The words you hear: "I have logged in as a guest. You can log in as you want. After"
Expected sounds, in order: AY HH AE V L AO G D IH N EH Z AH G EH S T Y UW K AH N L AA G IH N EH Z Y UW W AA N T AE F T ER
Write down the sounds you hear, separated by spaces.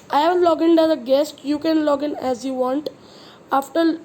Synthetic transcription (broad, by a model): AY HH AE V L AO G IH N EH Z AH G EH S T Y UW K AH N L AA G IH N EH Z Y UW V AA N T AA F T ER